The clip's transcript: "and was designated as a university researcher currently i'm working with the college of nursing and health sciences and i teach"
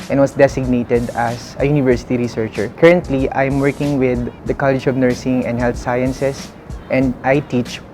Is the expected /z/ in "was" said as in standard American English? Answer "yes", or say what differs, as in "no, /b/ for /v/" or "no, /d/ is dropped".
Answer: no, /s/ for /z/